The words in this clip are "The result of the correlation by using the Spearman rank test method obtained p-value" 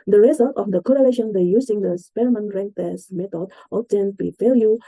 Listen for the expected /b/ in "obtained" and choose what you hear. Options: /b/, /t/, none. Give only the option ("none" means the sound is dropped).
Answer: none